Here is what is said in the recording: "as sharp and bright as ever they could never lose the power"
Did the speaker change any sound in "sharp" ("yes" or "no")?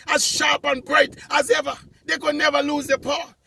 no